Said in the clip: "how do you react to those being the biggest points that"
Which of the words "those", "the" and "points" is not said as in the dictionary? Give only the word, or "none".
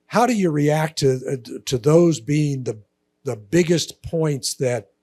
none